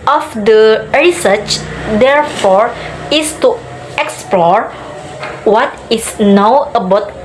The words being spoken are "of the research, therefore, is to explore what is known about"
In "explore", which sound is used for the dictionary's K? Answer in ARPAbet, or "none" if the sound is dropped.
K